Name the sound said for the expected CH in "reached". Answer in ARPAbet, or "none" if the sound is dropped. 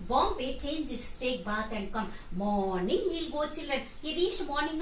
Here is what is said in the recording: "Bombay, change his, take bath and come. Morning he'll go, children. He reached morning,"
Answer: S